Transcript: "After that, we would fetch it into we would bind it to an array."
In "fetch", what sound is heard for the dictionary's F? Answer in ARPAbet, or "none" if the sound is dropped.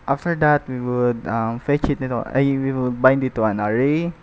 F